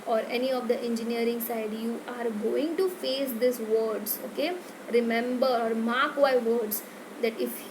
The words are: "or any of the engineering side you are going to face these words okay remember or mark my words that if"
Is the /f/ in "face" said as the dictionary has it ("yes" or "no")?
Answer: yes